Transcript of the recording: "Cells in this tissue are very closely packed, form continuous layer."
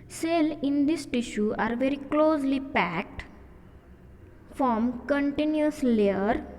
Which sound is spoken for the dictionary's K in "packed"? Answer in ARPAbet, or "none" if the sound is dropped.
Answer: K